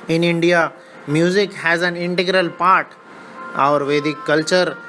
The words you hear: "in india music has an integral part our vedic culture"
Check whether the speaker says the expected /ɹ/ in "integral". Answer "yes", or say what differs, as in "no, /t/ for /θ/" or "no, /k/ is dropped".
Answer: yes